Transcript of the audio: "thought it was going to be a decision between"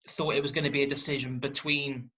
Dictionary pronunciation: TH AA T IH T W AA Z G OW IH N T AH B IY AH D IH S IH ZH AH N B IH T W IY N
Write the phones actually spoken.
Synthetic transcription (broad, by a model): TH AA T IH T W AA Z G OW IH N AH B IY AH D IH S IH ZH AH N B IH T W IY N